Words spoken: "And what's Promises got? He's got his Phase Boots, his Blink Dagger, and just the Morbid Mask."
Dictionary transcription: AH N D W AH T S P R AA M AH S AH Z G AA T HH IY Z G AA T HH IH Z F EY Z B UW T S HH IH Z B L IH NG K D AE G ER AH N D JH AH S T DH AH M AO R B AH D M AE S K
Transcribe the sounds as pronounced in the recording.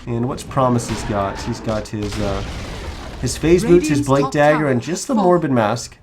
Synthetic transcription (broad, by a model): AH N W AH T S P R AA M AH S AH Z G AA T HH IY Z G AA T HH IH Z F EY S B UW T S HH IH Z B L IH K D AE G ER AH N JH AH S T DH AH M AO R B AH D M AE S K